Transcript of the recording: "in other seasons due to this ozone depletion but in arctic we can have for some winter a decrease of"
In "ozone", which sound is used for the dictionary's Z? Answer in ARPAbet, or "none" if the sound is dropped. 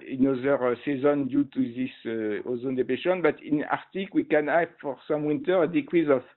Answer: Z